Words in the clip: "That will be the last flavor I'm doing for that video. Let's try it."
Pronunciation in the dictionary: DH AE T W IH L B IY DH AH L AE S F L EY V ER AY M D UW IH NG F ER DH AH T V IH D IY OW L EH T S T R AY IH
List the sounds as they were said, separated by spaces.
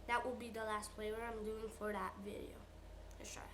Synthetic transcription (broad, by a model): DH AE T W IH L B IY DH AH L AE S P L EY W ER AY M D UW IH NG F ER DH AH T V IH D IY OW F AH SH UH R